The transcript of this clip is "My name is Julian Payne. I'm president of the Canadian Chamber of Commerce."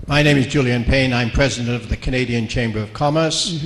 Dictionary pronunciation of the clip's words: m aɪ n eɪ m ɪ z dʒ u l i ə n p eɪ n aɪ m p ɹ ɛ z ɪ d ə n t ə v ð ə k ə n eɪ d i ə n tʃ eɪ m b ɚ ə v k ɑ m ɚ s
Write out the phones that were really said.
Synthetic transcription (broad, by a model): m aɪ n eɪ m ɪ z dʒ u l i ə n p eɪ n aɪ m p ɹ ɛ z ɪ d ə n t ə v ð ə k ə n eɪ d i ə n tʃ eɪ m b ɚ ə v k ɑ m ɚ s